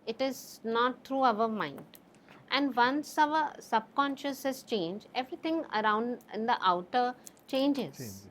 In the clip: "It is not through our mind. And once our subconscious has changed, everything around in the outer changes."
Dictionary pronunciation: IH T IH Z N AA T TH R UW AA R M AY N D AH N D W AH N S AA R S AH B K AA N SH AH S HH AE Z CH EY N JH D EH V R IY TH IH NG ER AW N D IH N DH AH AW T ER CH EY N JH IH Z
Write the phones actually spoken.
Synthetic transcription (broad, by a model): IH T IH Z N AA T T R UW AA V M AY N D AH N D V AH N S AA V S AH B K AA N SH AH S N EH S CH EY N JH EH V R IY T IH NG ER AW N D IH N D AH AW T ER CH EY N JH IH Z